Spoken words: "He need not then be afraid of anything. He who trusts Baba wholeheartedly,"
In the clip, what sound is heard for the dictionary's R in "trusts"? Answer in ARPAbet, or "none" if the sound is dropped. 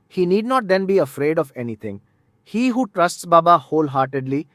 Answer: R